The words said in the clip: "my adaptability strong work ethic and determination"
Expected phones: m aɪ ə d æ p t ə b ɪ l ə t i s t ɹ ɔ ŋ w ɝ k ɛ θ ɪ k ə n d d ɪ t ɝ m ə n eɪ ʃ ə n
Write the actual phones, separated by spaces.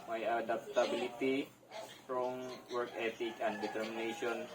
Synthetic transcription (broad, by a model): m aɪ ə d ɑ p t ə b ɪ l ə t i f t ɹ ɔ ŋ w ɝ k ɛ t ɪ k ə n d d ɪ t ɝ m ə n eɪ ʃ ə n